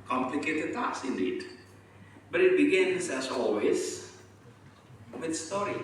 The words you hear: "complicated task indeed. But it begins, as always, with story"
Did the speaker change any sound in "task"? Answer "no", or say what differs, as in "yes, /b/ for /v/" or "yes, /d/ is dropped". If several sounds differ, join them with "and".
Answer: yes, /k/ is dropped